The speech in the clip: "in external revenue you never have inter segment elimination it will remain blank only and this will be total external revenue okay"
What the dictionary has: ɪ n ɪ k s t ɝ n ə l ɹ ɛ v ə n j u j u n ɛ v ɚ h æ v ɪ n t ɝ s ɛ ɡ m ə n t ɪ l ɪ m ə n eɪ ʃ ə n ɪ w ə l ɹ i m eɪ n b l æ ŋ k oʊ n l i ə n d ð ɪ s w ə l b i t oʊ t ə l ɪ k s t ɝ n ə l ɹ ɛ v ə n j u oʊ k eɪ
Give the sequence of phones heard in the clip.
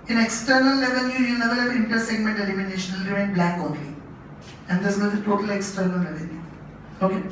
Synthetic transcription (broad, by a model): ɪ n ɪ k s t ɝ n ə l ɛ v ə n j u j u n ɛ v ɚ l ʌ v ɪ n t ɝ s ɛ ɡ m ə n t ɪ l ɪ m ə n eɪ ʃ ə n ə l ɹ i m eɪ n b l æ k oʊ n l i ə n d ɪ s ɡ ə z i t oʊ t ə l ɪ k s t ɝ n ə l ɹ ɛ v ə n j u oʊ k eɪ